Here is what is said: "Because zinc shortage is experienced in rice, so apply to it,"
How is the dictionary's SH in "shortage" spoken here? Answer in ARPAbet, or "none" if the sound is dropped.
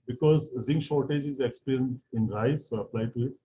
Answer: SH